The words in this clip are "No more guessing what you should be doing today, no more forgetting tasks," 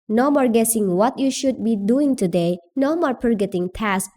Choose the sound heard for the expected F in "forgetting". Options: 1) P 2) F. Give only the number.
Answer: 1